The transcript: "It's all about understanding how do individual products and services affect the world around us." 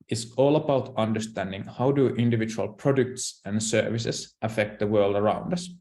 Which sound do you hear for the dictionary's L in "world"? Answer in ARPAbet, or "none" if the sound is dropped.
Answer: L